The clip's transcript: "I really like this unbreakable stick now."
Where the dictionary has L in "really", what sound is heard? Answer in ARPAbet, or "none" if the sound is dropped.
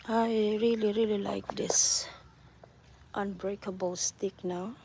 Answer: L